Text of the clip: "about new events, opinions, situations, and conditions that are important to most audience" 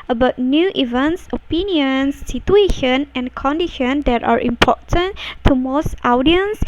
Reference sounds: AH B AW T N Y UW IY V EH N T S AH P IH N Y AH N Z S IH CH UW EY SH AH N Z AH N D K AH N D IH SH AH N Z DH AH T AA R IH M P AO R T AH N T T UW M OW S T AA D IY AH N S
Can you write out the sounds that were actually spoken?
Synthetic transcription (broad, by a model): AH B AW T N Y UW IY V EH N T S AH P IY N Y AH N S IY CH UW EY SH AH N AH N K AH N D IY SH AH N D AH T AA R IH M P AO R T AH N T T UW M OW S T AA D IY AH N S